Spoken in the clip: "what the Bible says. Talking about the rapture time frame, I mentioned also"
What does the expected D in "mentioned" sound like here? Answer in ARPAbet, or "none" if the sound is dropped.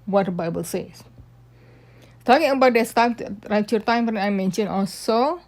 none